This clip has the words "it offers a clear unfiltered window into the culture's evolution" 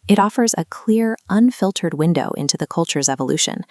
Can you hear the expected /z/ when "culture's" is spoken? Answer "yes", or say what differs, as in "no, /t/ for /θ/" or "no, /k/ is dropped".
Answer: yes